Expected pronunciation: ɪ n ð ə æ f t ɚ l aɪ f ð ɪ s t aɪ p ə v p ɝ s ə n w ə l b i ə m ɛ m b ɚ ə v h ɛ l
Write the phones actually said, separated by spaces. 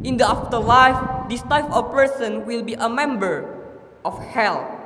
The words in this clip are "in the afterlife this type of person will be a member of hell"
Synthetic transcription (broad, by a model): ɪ n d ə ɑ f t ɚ l aɪ f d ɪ s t aɪ f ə p ɝ s ə n w ə l b i ə m ɛ m b ɚ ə f h ɛ l